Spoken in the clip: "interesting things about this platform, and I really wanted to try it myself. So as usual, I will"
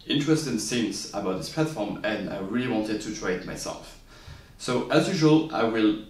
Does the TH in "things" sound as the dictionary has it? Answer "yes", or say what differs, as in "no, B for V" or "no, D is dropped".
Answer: no, S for TH